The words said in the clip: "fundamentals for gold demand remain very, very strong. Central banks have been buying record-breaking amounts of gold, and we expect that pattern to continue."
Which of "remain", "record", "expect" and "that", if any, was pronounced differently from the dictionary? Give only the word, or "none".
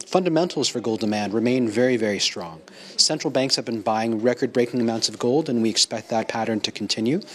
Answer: none